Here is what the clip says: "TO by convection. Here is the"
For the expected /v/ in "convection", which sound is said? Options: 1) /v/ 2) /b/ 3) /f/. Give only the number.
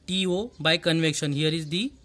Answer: 1